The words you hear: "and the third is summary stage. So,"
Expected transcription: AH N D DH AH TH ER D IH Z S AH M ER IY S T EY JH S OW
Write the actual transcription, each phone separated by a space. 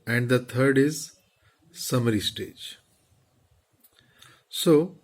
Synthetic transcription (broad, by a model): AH N D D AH T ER D IH Z S AH M ER IY S T EY JH S OW